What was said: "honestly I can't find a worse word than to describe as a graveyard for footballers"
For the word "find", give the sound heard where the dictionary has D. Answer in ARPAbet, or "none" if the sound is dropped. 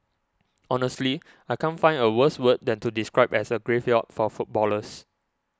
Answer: none